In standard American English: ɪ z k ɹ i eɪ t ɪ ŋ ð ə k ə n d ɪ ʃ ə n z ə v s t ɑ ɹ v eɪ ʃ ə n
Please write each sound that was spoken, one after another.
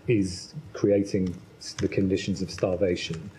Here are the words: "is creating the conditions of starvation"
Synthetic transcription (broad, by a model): ɪ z k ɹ i eɪ t ɪ ŋ ð ə k ə n d ɪ ʃ ə n z ə v s t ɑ v eɪ ʃ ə n